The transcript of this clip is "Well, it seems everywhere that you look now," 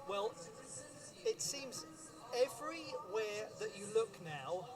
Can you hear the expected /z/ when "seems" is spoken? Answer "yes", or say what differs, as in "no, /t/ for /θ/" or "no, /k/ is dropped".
yes